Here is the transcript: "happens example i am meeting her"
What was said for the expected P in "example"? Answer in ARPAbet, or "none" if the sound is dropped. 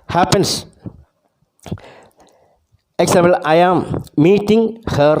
none